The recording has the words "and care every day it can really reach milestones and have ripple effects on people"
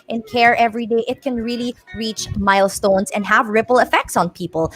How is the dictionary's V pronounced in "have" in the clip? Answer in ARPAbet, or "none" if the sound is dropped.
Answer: V